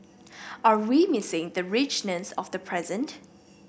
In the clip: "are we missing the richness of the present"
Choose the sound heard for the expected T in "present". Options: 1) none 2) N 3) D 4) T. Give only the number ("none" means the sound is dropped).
4